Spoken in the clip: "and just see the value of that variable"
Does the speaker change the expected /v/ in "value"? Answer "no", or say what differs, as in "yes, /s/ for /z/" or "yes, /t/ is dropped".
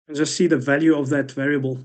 no